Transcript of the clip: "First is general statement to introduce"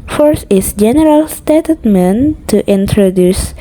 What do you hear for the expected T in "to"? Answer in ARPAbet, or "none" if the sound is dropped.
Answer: T